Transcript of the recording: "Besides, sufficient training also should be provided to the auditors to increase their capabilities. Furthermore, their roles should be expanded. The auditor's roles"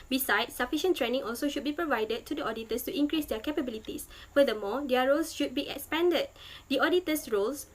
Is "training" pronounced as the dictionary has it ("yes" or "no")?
yes